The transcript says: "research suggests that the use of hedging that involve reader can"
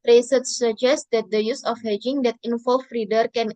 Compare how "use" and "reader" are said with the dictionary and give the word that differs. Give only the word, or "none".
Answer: none